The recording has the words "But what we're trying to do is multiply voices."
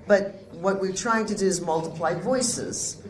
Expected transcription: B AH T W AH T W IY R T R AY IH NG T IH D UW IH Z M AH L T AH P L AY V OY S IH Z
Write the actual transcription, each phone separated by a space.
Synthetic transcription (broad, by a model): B AH T W AH T W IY R T R AY IH NG T IH D UW IH Z M AH L T AH P L AY V OY S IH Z